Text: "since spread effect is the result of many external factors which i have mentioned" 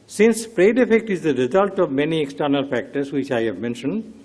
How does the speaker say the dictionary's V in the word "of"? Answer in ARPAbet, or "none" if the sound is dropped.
V